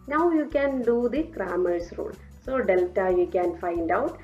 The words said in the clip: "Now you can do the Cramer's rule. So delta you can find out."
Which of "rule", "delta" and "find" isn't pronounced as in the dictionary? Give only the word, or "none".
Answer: none